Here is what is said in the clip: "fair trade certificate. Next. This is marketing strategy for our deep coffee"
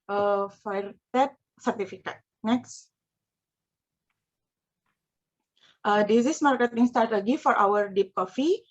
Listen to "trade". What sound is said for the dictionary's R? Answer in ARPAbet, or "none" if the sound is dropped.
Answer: none